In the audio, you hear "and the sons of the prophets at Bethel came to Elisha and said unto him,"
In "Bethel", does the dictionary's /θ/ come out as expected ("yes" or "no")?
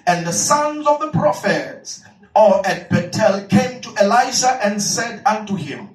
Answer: no